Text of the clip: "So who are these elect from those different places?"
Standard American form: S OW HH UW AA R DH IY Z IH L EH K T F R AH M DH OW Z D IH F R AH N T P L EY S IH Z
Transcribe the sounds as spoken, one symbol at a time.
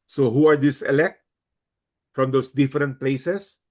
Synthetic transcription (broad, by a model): S OW HH UW AA R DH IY S IH L EH K T F R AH M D OW S D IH F R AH N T P L EY S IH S